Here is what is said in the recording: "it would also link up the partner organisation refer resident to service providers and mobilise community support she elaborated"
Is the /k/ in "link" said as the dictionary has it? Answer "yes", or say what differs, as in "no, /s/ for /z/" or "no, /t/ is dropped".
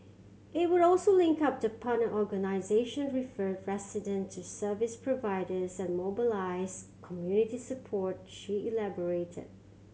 yes